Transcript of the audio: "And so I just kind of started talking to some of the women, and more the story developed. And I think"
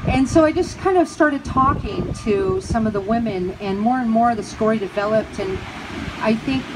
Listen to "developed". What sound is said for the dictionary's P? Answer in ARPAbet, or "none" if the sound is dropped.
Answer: P